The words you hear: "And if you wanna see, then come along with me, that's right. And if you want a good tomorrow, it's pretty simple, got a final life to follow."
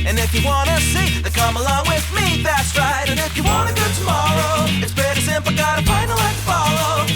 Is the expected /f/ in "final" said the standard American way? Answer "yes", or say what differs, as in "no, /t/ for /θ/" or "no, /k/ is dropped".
no, /p/ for /f/